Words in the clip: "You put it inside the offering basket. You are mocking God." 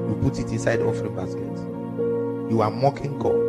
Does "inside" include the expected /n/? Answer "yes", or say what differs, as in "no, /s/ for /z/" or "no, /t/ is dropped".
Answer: yes